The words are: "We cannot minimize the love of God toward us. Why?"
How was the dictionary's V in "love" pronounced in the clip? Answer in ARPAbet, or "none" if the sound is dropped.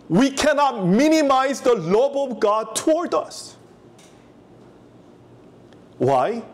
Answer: B